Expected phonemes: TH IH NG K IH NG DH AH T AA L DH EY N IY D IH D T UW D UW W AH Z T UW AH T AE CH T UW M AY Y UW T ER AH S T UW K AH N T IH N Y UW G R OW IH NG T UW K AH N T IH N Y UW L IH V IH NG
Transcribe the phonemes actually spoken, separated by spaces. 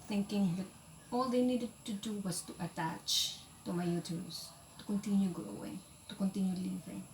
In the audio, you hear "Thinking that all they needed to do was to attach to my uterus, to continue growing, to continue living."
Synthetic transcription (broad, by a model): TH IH NG K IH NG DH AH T AA L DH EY N IY D IH D T UW D UW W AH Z T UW AH T AE CH T UW M AY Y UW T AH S T UW K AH N T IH N Y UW G OW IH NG T UW K AH N T IH N Y UW L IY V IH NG